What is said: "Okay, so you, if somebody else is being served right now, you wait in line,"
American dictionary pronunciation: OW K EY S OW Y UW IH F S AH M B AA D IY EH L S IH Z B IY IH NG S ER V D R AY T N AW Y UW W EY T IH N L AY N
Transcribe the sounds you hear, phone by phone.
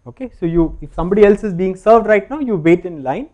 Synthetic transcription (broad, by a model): OW K EY S OW Y UW IH F S AH M B AA D IY EH L S IH Z B IY IH NG S ER V D R AY T N AW Y UW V EY T IH N L AY N